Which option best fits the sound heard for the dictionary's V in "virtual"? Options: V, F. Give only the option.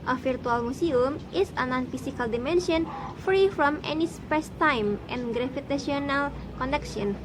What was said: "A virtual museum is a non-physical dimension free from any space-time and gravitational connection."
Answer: F